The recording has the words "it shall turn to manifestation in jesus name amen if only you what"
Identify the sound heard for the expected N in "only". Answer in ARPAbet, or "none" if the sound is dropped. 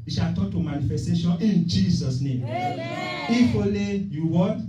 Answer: none